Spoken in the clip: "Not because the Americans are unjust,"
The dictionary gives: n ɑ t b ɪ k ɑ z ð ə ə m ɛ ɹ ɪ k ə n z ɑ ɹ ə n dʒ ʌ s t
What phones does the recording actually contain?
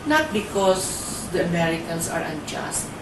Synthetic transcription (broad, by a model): n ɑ t b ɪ k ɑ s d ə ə m ɛ ɹ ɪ k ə n s ɑ ɹ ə n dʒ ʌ s t